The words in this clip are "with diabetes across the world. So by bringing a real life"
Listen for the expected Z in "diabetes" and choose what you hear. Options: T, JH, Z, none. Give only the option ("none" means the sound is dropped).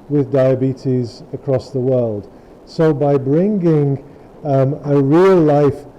Z